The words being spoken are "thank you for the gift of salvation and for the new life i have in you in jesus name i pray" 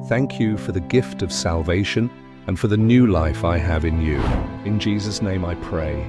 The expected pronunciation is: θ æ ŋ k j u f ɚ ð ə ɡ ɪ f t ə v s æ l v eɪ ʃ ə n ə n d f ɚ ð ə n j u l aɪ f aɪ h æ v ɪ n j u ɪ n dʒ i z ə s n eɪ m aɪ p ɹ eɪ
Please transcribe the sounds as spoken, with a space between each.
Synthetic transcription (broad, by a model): θ æ ŋ k j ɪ f ɚ ð ə ɡ ɪ f t ə v s æ l v eɪ ʃ ə n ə n f ɚ ð ə n j u l aɪ f aɪ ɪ v ɪ n j u ɪ n dʒ i z ə s n eɪ m aɪ p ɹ eɪ